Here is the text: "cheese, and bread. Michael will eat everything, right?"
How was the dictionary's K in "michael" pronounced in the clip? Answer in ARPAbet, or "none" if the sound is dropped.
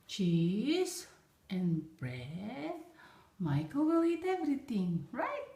K